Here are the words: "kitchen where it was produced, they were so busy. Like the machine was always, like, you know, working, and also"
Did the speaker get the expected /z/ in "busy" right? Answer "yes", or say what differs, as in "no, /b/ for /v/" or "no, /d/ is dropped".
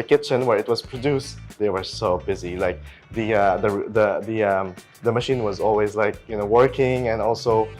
yes